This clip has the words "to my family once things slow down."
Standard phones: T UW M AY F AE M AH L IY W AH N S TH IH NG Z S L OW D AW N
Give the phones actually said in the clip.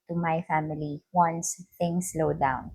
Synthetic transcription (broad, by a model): T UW M AY F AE M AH L IY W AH N S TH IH NG S L OW D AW N